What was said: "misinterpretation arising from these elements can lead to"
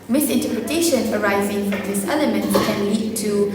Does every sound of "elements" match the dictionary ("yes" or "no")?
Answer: no